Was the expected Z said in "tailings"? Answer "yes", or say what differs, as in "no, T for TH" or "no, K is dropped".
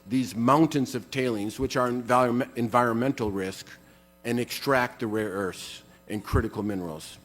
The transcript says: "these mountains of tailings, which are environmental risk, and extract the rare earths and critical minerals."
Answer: yes